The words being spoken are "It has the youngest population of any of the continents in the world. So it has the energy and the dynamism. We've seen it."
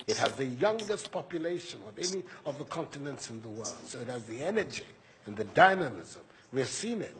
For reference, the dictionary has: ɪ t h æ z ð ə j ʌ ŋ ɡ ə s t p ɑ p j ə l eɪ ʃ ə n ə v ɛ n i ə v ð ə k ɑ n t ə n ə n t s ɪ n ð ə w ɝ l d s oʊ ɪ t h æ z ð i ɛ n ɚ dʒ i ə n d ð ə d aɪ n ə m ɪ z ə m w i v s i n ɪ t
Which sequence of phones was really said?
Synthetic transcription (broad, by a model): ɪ t h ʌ z ð ə j ʌ ŋ ɡ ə s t p ɑ p j ə l eɪ ʃ ə n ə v ɛ n i ə v ð ə k ɑ n t ə n ə n t s ɪ n ð ə w ɝ l d s oʊ ɪ t h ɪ z ð i ɛ n ɚ dʒ i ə n ð ə d aɪ n ə m ɪ z ə m w i v s i n ɪ t